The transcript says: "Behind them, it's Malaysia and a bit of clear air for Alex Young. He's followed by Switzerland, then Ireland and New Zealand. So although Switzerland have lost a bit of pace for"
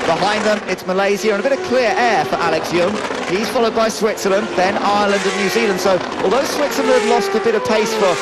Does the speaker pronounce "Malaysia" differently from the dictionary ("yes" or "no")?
yes